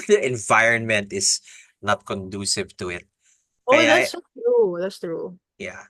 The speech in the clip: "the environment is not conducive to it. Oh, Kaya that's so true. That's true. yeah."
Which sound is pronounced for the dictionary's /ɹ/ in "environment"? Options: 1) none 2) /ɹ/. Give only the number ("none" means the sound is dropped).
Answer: 2